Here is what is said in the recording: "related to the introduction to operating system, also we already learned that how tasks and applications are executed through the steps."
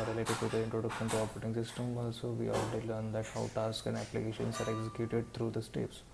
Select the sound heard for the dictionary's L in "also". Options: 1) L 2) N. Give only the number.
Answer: 1